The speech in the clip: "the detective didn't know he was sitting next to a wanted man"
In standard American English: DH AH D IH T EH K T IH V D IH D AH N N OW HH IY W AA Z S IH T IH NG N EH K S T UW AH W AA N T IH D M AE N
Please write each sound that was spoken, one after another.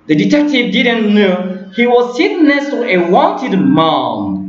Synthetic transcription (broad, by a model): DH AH D IH T EH K T IH V D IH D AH N N OW HH IY W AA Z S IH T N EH S T UW AH W AA N T IH D M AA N